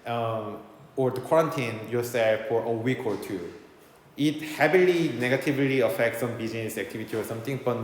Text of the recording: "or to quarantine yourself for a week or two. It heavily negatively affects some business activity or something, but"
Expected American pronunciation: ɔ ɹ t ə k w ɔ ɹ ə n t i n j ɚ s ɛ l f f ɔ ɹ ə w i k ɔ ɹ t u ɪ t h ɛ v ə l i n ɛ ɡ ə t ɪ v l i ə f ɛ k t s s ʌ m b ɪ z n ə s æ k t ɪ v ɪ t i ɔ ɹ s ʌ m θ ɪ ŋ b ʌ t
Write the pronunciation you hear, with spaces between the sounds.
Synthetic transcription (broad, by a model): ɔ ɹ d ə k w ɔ ɹ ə n t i n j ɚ s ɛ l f f ɔ ɹ ə w i k ɔ ɹ t u ɪ t h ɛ p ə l i n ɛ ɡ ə t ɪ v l i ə f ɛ k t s s ʌ m b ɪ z n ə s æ k t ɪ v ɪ t i ɔ ɹ s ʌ m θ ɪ ŋ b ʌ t